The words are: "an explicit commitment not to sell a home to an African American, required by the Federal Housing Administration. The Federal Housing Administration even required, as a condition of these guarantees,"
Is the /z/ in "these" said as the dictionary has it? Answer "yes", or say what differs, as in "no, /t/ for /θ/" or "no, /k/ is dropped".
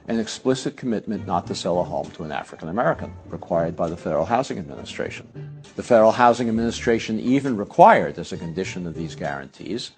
yes